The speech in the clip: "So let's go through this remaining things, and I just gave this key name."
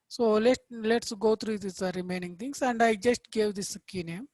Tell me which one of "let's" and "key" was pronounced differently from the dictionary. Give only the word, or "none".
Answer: none